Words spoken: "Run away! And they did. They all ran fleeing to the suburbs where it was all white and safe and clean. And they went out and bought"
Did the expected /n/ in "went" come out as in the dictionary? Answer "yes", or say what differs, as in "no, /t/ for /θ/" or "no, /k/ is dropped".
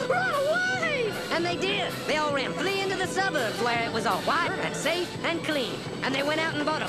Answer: no, /n/ is dropped